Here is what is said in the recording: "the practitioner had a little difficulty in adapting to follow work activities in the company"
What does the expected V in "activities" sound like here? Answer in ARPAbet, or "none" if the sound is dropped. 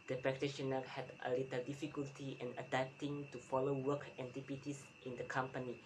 P